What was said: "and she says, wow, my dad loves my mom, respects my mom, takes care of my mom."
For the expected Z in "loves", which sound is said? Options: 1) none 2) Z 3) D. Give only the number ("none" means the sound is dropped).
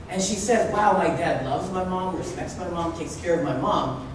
2